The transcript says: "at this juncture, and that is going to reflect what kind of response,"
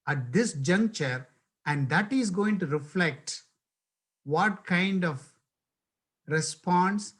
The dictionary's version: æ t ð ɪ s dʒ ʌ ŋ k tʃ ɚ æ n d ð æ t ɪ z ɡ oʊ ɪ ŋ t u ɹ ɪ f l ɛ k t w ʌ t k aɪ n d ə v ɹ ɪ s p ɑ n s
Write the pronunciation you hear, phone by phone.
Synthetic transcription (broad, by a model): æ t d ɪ s dʒ ʌ ŋ k tʃ ɚ æ n d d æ t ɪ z ɡ oʊ ɪ ŋ t u ɹ ɪ f l ɛ k t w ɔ t k aɪ n d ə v ɹ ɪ s p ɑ n s